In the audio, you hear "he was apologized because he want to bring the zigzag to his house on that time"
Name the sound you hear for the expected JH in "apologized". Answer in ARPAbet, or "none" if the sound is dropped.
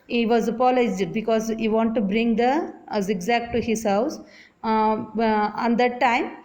none